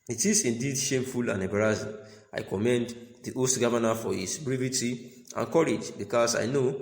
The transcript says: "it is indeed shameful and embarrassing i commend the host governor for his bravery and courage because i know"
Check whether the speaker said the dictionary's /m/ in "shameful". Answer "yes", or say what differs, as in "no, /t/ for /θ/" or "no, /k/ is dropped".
yes